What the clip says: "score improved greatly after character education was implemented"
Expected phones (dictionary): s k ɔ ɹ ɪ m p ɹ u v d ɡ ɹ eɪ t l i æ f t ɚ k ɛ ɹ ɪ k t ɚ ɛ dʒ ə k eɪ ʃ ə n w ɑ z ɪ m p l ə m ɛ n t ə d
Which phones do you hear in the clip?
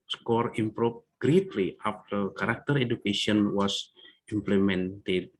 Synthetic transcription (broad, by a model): s k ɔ ɹ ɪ m p ɹ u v ɡ ɹ eɪ t l i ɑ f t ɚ k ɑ ɹ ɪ k t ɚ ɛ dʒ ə k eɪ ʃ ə n w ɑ s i m p l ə m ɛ n t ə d